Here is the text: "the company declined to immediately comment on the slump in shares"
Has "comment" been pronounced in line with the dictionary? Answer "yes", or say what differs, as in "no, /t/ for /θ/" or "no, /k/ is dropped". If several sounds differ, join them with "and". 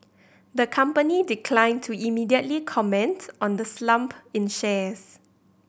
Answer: yes